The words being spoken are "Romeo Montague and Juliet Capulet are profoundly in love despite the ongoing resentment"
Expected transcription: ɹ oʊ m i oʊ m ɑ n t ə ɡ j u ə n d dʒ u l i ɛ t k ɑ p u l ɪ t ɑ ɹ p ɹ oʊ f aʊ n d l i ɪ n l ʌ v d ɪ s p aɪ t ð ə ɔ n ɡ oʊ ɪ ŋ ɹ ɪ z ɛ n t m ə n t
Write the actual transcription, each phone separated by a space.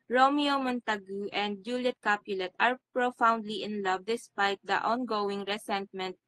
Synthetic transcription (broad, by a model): ɹ oʊ m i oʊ m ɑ n t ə ɡ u ə n d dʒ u l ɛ t k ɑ p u l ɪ t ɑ ɹ p ɹ oʊ f aʊ n d l i ɪ n l ʌ v d ɪ s p aɪ t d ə ɔ n ɡ oʊ ɪ ŋ ɹ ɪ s ɛ n t m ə n t